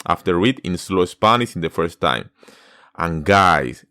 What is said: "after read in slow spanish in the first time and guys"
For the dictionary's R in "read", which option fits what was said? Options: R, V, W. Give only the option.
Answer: W